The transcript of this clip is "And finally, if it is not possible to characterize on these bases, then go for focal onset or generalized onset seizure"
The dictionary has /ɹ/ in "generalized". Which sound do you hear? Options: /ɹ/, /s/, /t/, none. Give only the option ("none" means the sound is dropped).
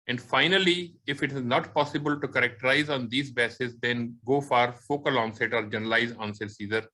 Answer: none